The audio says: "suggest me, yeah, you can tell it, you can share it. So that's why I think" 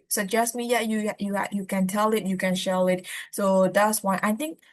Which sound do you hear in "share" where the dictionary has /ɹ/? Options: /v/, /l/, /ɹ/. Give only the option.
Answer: /l/